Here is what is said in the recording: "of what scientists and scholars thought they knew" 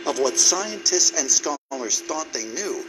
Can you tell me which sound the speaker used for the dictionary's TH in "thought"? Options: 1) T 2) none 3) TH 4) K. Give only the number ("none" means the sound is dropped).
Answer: 3